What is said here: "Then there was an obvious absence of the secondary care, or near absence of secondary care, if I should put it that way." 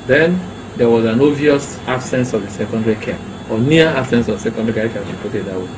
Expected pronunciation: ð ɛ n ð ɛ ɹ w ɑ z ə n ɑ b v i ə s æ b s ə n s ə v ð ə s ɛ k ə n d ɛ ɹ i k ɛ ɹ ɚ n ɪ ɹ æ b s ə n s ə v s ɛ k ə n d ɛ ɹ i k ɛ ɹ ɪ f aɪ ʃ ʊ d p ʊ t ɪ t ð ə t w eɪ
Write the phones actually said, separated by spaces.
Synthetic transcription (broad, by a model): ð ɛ n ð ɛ w ɑ z ə n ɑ v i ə s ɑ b s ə n s ə v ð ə s ɛ k ə n d ɛ ɹ i k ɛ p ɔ n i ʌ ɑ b s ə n s ə v s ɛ k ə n d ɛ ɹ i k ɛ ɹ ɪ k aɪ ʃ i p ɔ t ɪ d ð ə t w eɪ